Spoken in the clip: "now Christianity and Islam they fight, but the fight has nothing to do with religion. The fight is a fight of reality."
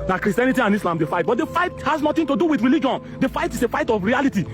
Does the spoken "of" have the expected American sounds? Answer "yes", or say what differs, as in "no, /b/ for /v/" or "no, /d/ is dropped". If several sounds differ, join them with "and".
no, /f/ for /v/